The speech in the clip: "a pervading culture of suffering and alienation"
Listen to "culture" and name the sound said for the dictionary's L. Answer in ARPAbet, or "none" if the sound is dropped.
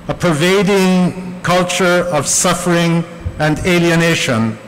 L